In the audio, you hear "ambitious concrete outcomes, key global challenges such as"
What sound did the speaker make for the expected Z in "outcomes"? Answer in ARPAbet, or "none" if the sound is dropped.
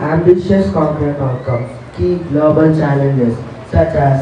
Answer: none